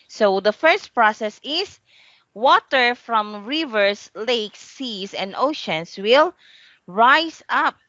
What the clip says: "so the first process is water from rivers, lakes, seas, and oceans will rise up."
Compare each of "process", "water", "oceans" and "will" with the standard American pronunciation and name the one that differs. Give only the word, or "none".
oceans